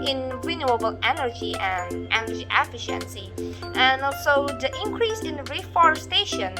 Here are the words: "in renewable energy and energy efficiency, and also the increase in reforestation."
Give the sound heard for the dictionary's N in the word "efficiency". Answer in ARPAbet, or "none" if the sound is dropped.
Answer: N